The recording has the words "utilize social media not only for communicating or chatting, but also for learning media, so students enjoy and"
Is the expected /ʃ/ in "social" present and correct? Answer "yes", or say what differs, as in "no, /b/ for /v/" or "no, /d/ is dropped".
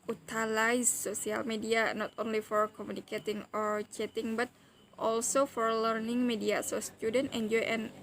no, /s/ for /ʃ/